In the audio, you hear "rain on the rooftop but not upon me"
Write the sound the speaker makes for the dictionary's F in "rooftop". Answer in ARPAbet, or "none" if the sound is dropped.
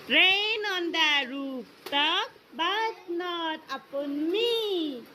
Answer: P